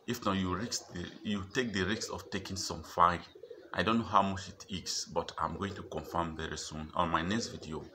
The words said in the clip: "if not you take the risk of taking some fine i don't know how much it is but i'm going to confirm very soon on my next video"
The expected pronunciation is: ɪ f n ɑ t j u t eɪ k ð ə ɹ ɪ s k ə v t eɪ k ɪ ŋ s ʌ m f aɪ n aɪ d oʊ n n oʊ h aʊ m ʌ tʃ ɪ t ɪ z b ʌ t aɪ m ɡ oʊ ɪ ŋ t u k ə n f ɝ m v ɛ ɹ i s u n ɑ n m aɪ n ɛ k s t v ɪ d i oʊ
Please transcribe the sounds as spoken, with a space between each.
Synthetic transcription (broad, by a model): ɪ f n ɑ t j u t eɪ k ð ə ɹ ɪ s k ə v t eɪ k ɪ ŋ s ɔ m f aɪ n aɪ d oʊ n n oʊ h aʊ m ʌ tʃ ɪ t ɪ s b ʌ t aɪ m ɡ oʊ ɪ ŋ t u k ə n f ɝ m v ɛ ɹ i s u n ɑ n m aɪ n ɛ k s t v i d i oʊ